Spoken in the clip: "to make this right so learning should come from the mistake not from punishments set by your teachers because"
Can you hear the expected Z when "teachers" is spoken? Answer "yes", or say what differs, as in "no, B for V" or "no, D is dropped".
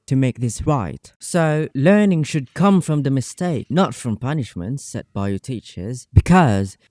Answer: yes